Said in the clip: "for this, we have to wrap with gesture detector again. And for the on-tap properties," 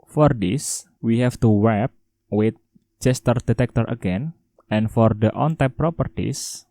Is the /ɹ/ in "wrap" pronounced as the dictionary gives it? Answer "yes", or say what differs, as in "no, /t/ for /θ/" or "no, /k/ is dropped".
no, /w/ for /ɹ/